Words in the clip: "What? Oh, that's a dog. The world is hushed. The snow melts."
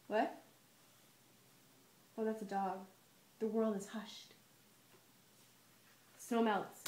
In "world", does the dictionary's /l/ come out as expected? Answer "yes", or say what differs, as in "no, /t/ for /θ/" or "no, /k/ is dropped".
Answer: yes